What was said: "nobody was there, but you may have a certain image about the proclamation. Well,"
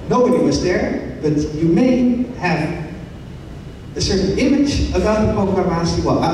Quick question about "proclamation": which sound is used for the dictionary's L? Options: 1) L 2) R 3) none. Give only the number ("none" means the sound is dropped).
3